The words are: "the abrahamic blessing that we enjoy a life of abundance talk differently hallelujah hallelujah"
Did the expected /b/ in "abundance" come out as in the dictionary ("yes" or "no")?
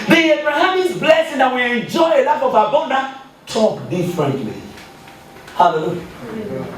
no